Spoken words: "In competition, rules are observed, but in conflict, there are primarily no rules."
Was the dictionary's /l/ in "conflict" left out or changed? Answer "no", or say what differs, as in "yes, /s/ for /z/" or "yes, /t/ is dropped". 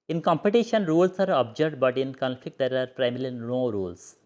no